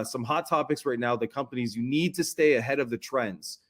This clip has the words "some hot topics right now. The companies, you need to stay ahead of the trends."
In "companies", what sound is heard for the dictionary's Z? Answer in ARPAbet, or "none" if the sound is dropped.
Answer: Z